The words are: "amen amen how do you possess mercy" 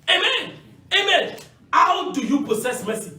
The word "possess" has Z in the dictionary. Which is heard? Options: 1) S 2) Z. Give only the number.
1